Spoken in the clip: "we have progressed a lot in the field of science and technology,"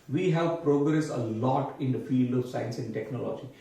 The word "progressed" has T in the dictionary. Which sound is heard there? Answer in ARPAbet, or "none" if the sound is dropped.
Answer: none